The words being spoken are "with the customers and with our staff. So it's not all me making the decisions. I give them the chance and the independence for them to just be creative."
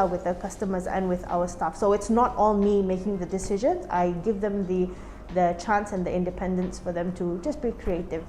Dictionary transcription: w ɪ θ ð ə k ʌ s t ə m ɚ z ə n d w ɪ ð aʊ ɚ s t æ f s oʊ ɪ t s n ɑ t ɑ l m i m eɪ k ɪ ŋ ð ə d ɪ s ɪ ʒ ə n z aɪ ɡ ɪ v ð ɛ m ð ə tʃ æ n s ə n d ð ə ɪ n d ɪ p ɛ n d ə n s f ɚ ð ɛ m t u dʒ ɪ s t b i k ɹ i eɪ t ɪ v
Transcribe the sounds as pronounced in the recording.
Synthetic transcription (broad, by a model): w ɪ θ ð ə k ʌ s t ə m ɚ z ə n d w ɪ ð aʊ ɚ s t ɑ f s oʊ ɪ t s n ɑ t ɑ l m i m eɪ k ɪ ŋ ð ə d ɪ s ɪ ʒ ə n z aɪ ɡ ɪ v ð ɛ m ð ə tʃ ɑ n s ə n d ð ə ɪ n d ɪ p ɛ n d ə n s f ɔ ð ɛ m t u dʒ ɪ s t b i k ɹ i eɪ t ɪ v